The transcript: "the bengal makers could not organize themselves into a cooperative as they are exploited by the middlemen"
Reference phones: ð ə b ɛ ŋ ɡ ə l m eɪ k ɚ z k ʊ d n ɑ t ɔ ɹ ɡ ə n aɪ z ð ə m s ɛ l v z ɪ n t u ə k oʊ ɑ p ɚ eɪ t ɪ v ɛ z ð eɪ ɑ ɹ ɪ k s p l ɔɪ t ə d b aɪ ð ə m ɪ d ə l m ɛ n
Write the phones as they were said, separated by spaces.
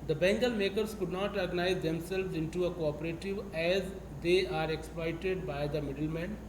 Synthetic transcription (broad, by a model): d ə b ɛ ŋ ɡ ə l m eɪ k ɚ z k ʊ d n ɑ t ɔ ɹ ɡ ə n aɪ z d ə m s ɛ l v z ɪ n t u ə k oʊ ɑ p ɚ eɪ t ɪ v ɛ z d eɪ ɑ ɹ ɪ k s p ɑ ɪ t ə d b aɪ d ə m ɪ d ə l m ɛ n